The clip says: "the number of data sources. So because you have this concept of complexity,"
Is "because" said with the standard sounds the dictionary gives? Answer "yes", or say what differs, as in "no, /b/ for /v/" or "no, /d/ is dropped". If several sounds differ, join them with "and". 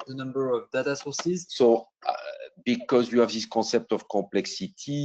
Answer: yes